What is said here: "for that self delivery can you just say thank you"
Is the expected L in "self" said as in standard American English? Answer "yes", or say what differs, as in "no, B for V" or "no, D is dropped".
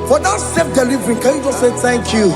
no, L is dropped